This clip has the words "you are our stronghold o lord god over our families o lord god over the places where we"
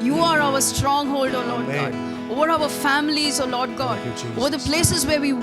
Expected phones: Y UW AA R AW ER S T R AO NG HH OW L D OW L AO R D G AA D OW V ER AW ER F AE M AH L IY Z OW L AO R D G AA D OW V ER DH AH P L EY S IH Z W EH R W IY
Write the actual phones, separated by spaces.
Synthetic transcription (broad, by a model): Y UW AA R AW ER S T R AO NG HH OW L D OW L AO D G AA D OW V ER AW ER F AE M AH L IY Z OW L AO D G AA D OW V ER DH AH P L EY S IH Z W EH R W IY